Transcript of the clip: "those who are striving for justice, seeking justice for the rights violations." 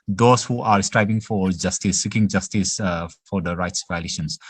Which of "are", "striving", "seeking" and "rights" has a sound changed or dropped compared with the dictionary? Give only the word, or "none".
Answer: striving